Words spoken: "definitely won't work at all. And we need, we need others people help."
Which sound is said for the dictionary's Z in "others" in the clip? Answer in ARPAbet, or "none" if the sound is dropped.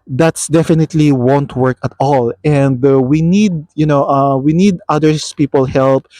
S